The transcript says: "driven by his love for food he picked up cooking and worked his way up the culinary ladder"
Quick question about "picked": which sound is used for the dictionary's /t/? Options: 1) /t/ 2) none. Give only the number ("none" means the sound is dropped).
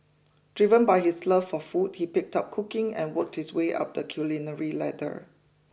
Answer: 1